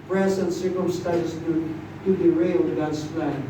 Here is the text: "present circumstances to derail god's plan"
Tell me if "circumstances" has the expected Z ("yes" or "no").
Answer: no